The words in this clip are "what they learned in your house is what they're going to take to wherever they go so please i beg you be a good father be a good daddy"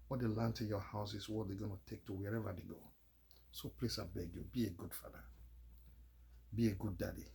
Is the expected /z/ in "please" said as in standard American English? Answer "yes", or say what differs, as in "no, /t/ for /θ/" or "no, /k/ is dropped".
no, /s/ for /z/